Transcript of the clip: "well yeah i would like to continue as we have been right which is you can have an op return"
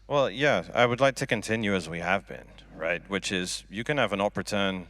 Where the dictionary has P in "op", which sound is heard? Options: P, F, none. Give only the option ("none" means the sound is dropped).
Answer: P